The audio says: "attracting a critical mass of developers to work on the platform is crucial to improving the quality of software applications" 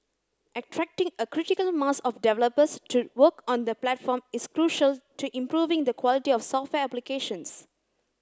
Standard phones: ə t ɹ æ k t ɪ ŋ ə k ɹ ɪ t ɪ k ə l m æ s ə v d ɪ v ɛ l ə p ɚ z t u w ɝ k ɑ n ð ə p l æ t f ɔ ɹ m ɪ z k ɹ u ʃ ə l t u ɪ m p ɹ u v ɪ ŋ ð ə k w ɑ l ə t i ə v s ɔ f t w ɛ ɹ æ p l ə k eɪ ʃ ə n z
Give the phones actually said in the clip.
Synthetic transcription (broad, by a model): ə t ɹ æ k t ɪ ŋ ə k ɹ ɪ t ɪ k ə l m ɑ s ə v d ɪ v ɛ l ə p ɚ s t u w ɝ k ɑ n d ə p l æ t f ɔ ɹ m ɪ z k ɹ u ʃ ə l t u ɪ m p ɹ u v ɪ ŋ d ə k w ɑ l ə t i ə f s ɔ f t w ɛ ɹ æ p l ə k eɪ ʃ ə n s